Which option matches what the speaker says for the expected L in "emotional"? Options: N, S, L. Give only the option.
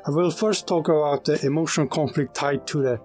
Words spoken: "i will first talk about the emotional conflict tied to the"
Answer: N